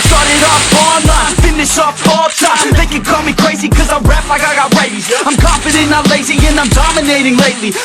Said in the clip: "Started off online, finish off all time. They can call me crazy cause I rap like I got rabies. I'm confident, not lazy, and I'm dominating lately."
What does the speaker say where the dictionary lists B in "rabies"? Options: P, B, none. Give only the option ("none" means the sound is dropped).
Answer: none